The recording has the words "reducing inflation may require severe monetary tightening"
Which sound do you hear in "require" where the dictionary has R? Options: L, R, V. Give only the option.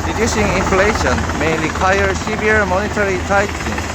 L